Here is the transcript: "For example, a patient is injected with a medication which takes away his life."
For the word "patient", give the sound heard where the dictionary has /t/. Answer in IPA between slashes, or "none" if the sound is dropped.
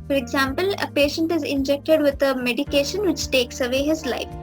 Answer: /t/